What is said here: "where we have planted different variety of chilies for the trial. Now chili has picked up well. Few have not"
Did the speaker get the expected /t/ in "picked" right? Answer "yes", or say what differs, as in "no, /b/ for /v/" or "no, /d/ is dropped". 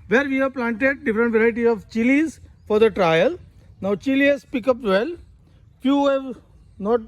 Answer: no, /t/ is dropped